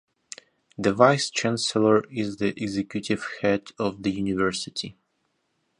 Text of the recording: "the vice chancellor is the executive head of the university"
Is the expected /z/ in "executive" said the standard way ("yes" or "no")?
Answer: yes